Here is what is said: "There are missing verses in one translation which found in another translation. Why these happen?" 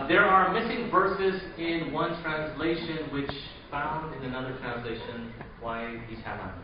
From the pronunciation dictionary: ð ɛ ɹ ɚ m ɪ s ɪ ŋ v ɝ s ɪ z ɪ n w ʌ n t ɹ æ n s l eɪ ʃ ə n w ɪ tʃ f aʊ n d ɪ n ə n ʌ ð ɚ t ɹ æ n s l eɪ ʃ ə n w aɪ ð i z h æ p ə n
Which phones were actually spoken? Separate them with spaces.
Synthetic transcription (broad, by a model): ð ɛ ɹ ɚ m ɪ s ɪ ŋ v ɝ s ɪ z ɪ n w ʌ n t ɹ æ n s l eɪ ʃ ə n w ɪ tʃ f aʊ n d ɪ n ə n ʌ ð ɚ t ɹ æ n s l eɪ ʃ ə n w aɪ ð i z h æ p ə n